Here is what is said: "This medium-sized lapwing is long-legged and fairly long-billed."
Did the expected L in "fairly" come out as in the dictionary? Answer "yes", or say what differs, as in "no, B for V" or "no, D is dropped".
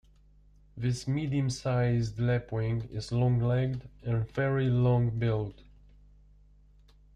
no, L is dropped